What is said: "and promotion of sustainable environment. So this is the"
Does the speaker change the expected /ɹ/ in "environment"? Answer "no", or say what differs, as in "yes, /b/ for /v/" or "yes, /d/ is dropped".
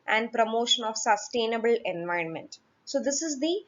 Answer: no